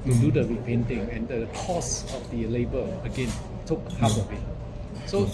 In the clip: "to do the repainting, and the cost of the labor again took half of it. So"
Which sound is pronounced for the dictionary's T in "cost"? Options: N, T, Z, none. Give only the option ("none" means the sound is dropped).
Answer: none